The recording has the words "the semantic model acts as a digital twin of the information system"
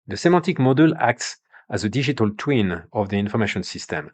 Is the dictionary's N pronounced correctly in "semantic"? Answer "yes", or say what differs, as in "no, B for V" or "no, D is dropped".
no, N is dropped